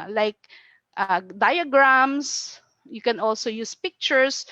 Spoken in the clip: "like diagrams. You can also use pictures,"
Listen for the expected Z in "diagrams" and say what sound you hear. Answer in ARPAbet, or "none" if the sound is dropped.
S